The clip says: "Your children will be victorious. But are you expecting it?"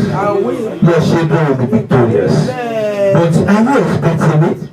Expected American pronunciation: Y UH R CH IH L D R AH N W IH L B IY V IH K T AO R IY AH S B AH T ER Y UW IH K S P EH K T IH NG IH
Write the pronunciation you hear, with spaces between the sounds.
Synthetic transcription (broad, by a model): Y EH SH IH D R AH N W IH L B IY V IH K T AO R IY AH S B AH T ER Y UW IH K S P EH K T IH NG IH